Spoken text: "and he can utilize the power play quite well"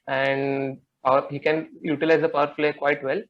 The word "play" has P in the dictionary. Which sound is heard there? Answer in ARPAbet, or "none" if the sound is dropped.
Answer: F